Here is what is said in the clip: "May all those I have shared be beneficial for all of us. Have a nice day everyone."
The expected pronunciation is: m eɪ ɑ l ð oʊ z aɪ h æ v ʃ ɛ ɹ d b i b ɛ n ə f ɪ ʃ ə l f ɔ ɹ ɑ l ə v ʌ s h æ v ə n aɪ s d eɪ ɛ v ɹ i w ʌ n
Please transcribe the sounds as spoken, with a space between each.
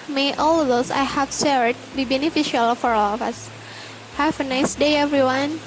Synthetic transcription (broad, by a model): m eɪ ɑ l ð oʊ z aɪ h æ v s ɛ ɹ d b i b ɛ n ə f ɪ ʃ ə l f ɔ ɹ ɑ l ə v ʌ s h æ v ə n aɪ s d eɪ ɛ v ɹ i w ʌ n